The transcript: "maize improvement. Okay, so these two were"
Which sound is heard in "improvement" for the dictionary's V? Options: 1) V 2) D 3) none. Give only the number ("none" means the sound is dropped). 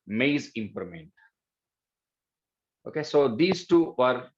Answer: 3